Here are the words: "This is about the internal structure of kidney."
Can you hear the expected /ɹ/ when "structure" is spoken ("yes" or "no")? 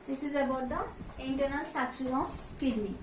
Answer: no